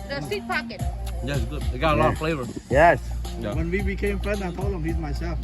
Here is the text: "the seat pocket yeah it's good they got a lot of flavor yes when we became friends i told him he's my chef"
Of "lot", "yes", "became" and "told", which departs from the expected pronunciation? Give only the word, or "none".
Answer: told